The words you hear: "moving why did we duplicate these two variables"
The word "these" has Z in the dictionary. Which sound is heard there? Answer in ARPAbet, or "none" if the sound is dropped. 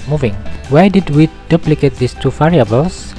S